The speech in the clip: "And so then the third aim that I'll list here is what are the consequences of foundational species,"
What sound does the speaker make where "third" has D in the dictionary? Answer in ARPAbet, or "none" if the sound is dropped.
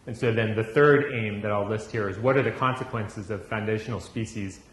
D